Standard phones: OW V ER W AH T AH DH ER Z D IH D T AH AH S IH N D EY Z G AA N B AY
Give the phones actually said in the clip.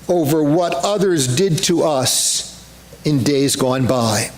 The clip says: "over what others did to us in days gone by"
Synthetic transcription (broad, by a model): OW V ER W AH T AH DH ER Z D IH D T AH AH S IH N D EY Z G AA N B AY